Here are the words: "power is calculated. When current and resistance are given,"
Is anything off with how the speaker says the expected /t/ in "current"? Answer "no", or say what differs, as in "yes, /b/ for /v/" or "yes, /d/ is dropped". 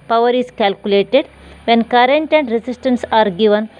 no